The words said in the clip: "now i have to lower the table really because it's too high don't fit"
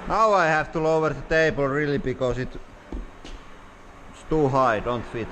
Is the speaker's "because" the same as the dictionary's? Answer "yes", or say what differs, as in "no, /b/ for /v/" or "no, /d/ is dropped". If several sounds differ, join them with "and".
no, /s/ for /z/